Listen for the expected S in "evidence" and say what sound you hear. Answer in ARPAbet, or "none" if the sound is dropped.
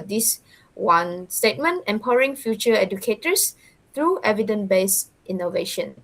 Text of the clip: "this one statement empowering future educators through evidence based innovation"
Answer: none